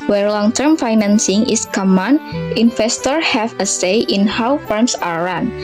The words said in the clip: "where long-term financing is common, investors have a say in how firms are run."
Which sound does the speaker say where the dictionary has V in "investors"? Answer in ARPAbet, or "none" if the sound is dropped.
F